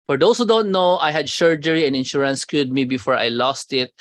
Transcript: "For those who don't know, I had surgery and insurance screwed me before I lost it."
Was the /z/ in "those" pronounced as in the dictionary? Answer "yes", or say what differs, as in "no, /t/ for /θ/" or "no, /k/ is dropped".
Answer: no, /s/ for /z/